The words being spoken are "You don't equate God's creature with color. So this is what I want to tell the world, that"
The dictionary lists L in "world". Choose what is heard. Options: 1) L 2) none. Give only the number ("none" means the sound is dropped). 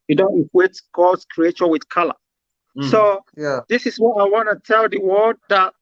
2